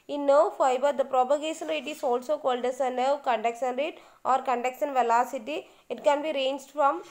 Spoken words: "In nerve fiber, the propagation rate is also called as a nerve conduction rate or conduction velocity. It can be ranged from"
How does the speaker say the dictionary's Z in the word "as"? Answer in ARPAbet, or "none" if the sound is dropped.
S